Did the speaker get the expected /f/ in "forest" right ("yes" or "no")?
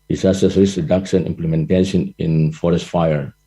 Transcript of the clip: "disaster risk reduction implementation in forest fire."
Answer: yes